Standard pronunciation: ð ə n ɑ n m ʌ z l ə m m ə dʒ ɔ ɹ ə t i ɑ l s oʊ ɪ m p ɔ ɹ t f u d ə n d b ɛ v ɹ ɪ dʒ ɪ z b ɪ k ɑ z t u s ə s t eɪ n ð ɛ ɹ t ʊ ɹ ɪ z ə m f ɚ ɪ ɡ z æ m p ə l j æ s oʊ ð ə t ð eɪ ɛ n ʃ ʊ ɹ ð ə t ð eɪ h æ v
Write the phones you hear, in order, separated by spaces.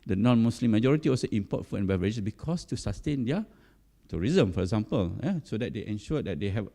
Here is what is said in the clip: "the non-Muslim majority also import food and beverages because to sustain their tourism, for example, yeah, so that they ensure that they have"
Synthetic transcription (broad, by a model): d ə n ɑ n m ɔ s l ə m m ə dʒ ɔ ɹ ə t i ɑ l s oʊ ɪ m p ɔ t f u ə n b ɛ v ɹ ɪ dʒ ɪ s b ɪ k ɑ s t u s ə s t eɪ n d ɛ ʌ t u ɹ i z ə m f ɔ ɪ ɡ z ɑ m p ə l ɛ s oʊ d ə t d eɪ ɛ n ʃ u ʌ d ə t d eɪ h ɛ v